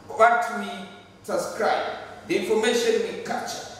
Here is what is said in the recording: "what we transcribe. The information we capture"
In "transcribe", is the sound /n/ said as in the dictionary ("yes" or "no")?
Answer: no